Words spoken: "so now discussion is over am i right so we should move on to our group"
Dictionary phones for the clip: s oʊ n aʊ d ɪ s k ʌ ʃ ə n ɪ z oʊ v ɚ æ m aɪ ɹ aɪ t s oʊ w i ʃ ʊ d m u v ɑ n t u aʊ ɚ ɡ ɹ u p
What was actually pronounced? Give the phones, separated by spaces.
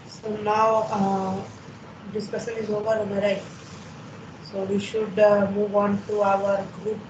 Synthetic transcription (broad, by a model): s oʊ n aʊ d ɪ s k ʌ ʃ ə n ɪ z oʊ v ɚ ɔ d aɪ ɹ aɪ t s oʊ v i ʃ ʊ d m u v ɑ n t u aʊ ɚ ɡ ɹ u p